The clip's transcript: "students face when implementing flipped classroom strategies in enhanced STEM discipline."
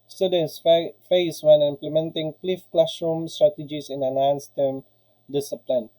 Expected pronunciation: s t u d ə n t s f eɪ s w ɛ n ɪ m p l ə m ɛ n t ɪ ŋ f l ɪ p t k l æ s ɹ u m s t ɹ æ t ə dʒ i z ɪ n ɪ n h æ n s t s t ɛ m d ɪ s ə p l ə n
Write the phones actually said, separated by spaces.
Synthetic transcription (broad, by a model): s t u d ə n s f eɪ s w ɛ n ɪ m p l ə m ɛ n t ɪ ŋ p l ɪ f k l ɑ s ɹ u m s t ɹ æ t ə dʒ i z ɪ n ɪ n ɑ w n s t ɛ m d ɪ s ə p l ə n